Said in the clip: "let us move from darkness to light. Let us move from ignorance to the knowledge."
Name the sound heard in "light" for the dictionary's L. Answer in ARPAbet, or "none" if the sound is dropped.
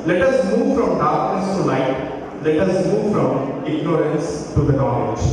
N